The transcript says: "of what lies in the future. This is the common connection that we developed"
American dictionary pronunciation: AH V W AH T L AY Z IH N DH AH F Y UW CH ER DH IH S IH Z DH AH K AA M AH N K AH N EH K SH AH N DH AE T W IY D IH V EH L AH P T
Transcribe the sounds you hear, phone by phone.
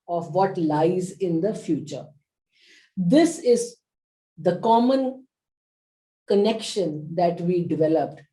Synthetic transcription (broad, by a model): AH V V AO T L AY Z IH N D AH F Y UW CH ER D IH S IH Z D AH K AA M AH N K AH N EH K SH AH N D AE T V IY D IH V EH L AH P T